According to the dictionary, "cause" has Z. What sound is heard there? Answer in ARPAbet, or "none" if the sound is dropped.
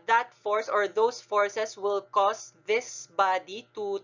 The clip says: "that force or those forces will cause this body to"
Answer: S